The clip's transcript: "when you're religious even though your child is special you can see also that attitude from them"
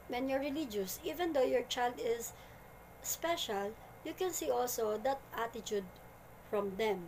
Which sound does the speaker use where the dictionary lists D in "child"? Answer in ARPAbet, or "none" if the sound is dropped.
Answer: D